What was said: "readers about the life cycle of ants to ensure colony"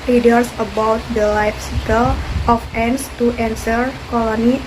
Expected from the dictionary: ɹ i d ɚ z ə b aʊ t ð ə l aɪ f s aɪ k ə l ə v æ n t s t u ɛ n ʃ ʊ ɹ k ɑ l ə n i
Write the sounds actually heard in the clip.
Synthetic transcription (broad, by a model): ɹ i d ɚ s ə b aʊ t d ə l aɪ f s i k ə l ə f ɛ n s t u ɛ n s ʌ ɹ k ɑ l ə n i